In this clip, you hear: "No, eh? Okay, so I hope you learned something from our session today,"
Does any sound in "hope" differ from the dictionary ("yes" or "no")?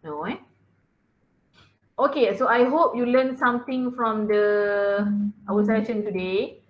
no